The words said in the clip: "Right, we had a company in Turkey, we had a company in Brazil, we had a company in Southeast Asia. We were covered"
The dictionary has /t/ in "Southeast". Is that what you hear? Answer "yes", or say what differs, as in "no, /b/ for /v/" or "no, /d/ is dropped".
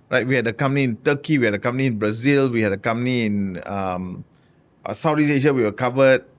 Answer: no, /t/ is dropped